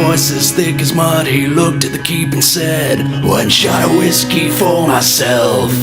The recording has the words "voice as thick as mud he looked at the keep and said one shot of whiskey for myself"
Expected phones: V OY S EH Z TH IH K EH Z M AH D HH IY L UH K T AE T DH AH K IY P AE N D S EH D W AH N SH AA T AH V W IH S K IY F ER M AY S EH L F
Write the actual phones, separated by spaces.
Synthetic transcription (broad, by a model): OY S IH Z TH IH K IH Z M AH D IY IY L UH K T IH T DH AH K IY P N S EH D W AH N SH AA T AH W IH S K IY F ER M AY S EH L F